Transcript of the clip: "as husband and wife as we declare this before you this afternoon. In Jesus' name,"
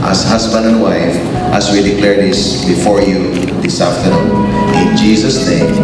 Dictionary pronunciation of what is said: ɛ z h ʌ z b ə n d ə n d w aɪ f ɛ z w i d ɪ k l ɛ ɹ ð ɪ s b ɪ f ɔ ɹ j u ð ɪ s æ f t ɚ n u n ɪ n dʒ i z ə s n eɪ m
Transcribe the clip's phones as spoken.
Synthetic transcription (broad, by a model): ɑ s h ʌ s b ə n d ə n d w aɪ f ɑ s w i d ɪ k l ɛ ɹ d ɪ s b ɪ f ɔ ɹ j u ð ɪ s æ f t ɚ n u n ɪ n dʒ i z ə s n eɪ m